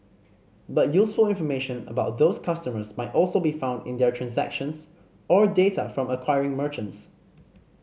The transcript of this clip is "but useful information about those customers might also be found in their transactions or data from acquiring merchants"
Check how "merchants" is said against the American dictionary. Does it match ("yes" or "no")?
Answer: yes